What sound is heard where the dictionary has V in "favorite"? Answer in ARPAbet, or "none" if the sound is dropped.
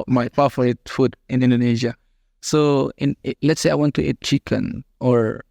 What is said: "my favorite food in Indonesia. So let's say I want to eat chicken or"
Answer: F